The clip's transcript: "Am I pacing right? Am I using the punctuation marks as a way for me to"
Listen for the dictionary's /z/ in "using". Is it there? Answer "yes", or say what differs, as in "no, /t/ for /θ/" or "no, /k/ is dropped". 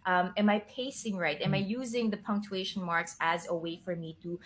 yes